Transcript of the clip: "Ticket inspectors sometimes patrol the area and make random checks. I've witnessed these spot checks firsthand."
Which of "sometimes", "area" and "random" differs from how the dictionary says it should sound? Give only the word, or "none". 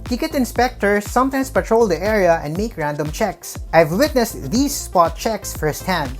sometimes